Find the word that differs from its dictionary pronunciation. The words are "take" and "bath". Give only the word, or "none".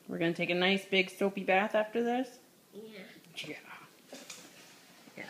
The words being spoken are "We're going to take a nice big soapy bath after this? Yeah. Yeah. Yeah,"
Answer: none